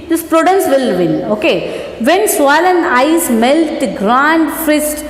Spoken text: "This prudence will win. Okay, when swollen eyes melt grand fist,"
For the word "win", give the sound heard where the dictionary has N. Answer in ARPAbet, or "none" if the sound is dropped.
L